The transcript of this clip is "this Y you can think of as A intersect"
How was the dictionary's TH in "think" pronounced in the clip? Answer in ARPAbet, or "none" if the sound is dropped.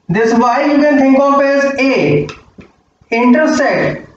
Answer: T